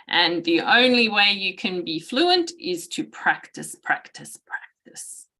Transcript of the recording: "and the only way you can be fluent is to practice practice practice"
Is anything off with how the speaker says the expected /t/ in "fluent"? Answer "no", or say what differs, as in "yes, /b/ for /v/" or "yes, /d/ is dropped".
no